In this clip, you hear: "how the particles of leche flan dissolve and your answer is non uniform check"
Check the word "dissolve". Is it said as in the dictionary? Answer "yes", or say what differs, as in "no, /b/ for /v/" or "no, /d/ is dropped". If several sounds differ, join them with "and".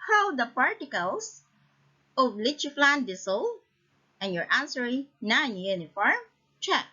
no, /s/ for /z/ and /v/ is dropped